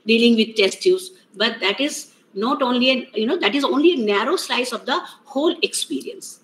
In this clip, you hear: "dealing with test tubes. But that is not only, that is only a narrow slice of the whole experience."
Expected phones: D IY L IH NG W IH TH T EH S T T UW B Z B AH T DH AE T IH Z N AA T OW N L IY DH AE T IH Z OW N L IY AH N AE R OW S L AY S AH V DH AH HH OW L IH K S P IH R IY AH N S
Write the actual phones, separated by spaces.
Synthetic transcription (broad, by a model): D IY L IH NG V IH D T EH S T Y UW Z B AH T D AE T IH Z N AA T OW N L IY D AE T IH Z OW N L IY AH N AE R OW S L AY S AH V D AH HH OW L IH K S P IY R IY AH N S